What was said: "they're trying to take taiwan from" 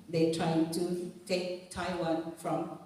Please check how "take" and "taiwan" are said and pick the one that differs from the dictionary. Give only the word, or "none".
none